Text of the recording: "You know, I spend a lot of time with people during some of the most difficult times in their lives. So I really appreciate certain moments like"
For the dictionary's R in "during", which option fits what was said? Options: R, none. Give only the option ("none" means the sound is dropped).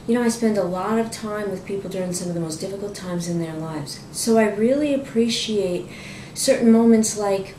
R